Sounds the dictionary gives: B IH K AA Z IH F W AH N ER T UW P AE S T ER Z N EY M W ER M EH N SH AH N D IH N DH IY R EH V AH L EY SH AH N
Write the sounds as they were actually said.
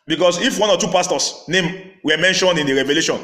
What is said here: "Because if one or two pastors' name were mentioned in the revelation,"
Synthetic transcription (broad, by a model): B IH K AA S IH F W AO N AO T UW P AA S T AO S N EY M W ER M EH N SH AH N D IH N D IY R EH V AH L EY SH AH N